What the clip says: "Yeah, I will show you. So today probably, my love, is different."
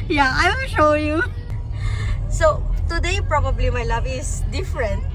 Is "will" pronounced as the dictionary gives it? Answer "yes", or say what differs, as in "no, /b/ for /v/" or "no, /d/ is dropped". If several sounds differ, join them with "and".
no, /n/ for /l/